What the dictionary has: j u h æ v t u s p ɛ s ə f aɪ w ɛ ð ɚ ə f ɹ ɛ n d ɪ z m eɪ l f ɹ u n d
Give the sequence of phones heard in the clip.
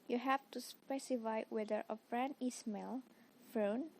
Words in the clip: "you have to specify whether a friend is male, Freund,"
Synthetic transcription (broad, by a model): j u h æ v t u s p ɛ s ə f aɪ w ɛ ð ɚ ə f ɹ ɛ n ɪ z m eɪ l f ɹ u n